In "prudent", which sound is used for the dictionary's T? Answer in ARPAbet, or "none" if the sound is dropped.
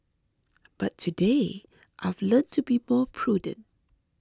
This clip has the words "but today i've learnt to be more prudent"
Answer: T